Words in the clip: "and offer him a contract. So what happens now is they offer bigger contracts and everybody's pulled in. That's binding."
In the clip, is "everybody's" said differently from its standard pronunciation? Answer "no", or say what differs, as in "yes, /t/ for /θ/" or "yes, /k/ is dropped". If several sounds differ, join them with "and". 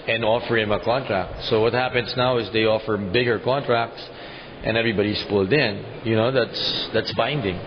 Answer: yes, /s/ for /z/